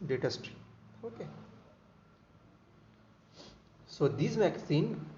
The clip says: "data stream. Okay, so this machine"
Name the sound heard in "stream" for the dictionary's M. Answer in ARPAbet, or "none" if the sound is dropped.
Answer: none